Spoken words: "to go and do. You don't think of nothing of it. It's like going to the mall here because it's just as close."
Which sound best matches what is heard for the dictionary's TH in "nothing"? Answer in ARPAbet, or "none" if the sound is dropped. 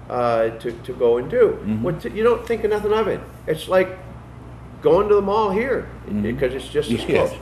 TH